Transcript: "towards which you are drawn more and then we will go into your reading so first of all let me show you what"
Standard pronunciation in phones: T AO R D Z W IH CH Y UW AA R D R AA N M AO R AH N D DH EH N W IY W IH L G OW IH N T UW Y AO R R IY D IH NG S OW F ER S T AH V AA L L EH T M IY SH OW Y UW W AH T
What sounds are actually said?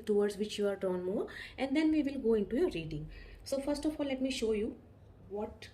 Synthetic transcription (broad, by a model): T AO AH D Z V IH CH Y UW AA R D AA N M AO R AH N D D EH N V IY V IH L G OW IH N T UW Y AO R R IY D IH NG S OW F ER S T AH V AA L L EH T M IY SH OW Y UW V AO T